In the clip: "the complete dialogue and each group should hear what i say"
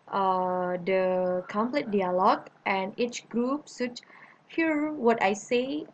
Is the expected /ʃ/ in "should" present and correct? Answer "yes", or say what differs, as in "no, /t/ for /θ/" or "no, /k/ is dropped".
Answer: no, /s/ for /ʃ/